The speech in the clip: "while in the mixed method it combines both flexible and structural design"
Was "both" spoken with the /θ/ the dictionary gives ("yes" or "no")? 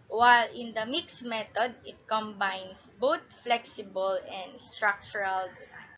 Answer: no